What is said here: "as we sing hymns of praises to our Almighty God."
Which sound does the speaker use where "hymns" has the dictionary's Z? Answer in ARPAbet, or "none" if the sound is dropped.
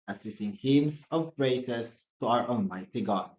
S